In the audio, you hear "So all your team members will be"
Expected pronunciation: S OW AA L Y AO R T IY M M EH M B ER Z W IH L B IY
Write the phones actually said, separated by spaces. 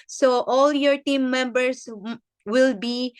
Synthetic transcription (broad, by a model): S OW AA L Y AO R T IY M M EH M B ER S W IH L B IY